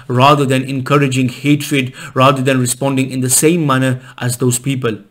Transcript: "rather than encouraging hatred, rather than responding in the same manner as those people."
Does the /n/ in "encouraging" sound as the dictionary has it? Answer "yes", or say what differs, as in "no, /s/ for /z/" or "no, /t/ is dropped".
yes